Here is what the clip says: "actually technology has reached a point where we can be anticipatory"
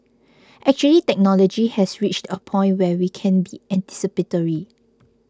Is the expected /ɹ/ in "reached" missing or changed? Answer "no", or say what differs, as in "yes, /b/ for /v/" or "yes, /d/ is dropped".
no